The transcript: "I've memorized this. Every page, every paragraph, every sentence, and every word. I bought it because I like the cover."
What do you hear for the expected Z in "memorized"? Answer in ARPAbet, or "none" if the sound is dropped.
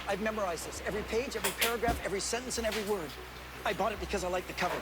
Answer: Z